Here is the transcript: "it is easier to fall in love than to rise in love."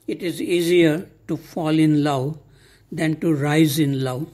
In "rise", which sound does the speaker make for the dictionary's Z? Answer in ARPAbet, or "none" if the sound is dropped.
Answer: Z